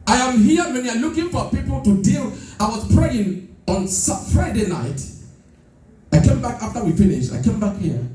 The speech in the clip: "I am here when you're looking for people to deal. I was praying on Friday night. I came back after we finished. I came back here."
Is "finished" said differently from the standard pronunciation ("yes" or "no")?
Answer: yes